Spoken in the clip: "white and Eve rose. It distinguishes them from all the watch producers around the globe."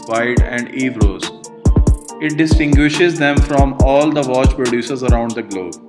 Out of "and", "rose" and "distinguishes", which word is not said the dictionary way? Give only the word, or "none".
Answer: none